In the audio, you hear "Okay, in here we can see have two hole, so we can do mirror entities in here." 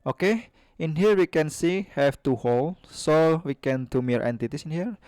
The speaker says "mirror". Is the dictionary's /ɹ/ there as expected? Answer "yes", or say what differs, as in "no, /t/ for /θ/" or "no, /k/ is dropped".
no, /ɹ/ is dropped